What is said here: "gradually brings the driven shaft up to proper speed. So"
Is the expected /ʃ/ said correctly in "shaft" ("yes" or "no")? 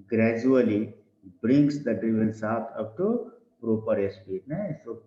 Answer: no